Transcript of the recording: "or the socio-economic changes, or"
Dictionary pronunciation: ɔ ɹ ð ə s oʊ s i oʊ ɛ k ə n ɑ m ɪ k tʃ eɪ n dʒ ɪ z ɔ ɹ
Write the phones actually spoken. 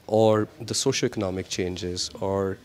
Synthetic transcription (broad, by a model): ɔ ɹ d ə s oʊ ʃ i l ɛ k ə n ɑ m ɪ k tʃ eɪ n dʒ ɪ z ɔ ɹ